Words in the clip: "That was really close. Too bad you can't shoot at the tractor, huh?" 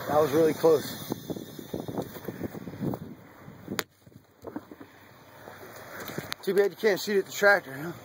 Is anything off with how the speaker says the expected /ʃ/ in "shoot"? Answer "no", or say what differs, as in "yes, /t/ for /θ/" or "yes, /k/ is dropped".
yes, /s/ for /ʃ/